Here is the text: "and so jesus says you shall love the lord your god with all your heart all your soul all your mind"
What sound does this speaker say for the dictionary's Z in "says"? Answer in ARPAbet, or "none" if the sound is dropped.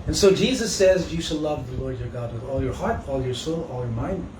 Z